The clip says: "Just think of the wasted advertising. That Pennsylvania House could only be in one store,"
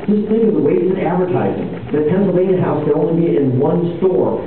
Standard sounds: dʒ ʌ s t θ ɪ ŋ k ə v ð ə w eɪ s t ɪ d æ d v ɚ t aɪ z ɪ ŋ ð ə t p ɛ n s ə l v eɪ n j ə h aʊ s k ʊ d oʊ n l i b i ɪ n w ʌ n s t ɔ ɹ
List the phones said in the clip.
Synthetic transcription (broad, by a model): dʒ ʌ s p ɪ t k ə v ð ə w eɪ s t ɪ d æ d v ɚ t aɪ z ɪ ŋ ð ə t p ɛ n s l v eɪ n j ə h aʊ s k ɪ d oʊ n l i b i ɪ n w ʌ n s t ɔ ɹ